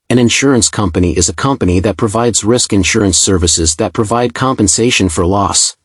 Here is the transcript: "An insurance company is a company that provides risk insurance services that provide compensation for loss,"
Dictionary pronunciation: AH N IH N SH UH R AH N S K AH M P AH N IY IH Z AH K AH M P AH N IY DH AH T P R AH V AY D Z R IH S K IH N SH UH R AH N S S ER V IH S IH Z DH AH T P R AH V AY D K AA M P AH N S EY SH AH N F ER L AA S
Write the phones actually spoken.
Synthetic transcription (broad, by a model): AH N IH N SH UH R AH N S K AH M P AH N IY IH Z AH K AH M P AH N IY DH AH T P R AH V AY D Z R IH S K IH N SH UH R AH N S S ER V IH S IH Z DH AH T P R AH V AY D K AA M P AH N S EY SH AH N F ER L AA S